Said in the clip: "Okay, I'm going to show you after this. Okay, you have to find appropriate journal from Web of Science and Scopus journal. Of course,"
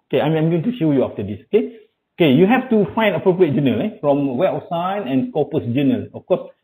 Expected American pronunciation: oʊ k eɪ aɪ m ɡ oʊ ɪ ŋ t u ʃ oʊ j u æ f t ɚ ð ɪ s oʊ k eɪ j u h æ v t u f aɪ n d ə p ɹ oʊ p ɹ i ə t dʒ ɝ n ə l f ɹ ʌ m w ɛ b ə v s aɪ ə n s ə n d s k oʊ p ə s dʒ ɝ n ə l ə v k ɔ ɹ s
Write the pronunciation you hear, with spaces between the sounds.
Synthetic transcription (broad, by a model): oʊ k eɪ aɪ m ɡ oʊ ɪ ŋ t u ʃ oʊ j u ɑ f t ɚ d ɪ s oʊ k eɪ j u h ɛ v t u f aɪ n d ə p ɹ oʊ p ɹ i ə t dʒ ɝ n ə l f ɹ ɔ m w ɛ ə f s aɪ n ə n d k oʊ p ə s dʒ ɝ n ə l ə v k ɔ s